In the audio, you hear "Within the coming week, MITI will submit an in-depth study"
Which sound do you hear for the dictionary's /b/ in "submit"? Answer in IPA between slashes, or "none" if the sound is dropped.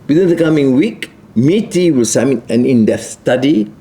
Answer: none